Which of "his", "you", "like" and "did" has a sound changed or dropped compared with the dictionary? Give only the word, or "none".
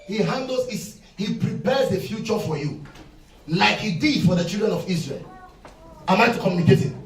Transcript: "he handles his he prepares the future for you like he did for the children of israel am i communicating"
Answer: his